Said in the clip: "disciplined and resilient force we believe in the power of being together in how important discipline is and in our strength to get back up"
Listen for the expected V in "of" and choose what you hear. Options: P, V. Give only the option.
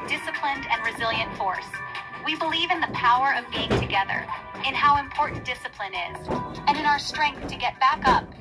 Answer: V